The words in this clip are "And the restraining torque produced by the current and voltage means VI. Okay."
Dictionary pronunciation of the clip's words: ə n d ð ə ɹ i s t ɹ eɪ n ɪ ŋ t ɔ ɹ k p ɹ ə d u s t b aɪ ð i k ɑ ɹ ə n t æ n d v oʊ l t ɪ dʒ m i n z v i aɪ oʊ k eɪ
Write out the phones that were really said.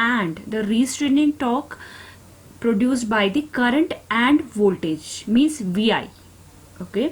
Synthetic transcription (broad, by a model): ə n d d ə ɹ i s t ɹ eɪ n ɪ ŋ t ɔ k p ɹ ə d u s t b aɪ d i k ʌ ɹ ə n t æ n d v oʊ l t ɪ dʒ m i n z v i aɪ oʊ k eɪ